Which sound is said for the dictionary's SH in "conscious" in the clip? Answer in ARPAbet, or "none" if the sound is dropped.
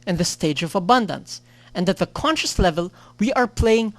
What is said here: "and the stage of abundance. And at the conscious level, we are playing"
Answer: SH